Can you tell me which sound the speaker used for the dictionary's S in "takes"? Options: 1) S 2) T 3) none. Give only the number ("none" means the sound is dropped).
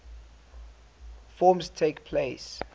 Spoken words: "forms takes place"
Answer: 3